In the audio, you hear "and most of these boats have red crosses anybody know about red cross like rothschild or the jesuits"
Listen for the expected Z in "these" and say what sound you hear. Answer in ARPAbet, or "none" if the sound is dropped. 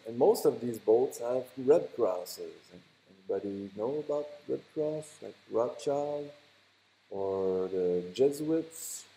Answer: Z